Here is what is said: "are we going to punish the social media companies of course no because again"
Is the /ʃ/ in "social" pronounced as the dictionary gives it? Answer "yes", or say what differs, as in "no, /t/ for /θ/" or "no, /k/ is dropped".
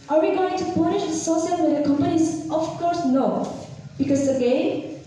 no, /s/ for /ʃ/